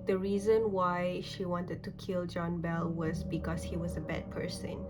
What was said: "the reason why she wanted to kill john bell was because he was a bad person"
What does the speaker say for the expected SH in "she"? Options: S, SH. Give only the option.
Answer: SH